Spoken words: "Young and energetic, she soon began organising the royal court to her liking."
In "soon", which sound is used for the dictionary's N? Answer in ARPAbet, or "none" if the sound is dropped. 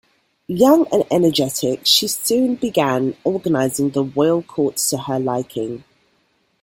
N